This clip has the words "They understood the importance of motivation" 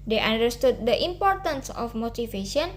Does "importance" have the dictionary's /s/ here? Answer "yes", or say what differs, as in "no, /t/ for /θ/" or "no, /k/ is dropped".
yes